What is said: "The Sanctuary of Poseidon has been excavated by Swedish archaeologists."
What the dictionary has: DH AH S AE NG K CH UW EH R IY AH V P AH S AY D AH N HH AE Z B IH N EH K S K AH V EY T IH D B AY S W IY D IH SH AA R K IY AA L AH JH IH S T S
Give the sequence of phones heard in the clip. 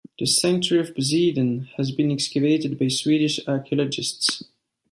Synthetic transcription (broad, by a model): DH AH S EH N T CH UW R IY AH V B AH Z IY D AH N HH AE Z B IH N EH K S K AH V EY T IH D B AY S W IY D IH SH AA R K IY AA L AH JH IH S T S